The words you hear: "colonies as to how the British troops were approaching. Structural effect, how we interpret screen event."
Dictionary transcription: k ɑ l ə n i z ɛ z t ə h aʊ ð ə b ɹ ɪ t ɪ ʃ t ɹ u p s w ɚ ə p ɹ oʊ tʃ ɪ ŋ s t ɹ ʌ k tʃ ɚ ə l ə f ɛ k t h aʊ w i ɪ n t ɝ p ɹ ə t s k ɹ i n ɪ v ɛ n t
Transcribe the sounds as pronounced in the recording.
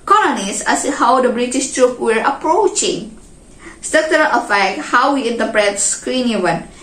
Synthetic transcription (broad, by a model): k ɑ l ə n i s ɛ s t h aʊ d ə b ɹ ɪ t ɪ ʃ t ɹ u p w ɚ ə p ɹ oʊ tʃ ɪ ŋ s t ʌ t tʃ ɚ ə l ə f ɛ k t h aʊ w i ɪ n t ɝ p ɹ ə t s k ɹ i n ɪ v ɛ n